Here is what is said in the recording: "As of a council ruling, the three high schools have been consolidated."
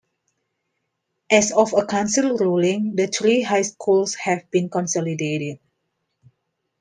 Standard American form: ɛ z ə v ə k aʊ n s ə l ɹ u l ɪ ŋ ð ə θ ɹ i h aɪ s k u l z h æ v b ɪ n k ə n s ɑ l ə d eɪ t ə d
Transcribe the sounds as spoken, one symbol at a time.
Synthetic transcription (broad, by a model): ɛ s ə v ə k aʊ n s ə l ɹ u l ɪ ŋ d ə t ɹ i h aɪ s k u l s h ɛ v b ɪ n k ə n s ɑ l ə d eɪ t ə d